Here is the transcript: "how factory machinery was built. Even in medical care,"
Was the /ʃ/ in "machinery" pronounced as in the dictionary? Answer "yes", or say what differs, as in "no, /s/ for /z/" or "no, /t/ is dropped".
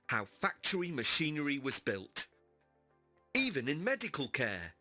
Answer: yes